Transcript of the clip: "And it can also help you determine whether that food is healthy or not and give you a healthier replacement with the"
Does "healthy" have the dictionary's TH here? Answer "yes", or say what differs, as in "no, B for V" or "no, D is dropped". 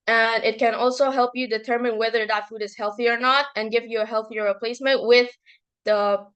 yes